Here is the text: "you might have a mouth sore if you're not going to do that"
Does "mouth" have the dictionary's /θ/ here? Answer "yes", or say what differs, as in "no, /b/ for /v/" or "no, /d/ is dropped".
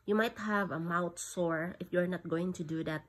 no, /t/ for /θ/